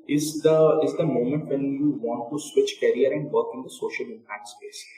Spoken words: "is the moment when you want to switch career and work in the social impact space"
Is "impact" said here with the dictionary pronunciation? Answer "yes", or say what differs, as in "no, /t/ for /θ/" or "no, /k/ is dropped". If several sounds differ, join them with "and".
no, /k/ is dropped